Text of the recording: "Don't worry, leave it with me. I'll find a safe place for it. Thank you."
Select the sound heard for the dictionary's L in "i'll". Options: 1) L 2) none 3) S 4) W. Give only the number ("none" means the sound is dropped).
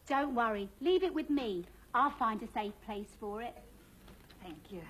1